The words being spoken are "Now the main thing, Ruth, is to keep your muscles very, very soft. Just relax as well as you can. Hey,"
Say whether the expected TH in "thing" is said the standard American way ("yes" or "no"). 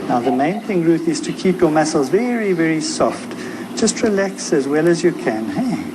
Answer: yes